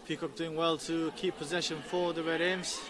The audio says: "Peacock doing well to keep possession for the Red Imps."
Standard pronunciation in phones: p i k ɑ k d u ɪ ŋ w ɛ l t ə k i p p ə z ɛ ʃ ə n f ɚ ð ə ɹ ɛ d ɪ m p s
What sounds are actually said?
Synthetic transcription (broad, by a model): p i k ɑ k d u ɪ ŋ w ɛ l t ə k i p p ə z ɛ ʃ ə n f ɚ ð ə ɹ ɛ d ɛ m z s